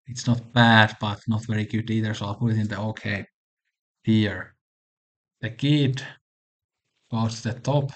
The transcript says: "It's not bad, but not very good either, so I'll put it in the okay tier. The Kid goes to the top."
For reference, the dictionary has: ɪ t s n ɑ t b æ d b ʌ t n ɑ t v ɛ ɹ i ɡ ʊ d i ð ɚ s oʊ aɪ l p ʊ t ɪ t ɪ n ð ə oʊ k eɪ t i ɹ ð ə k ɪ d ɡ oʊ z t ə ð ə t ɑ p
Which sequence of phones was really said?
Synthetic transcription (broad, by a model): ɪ t s n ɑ t b æ d b ʌ t n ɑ t v ɛ ɹ i ɡ ʊ d i ð ɚ s oʊ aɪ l p ʊ t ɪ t ɪ n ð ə oʊ k eɪ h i ɹ ð ə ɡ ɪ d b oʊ t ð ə t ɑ p